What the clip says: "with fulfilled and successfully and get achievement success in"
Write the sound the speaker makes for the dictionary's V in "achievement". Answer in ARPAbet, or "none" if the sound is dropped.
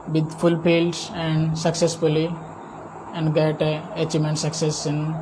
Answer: none